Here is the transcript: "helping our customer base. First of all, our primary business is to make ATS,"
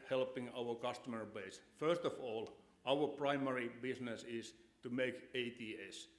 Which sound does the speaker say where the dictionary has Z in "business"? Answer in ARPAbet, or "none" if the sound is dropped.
S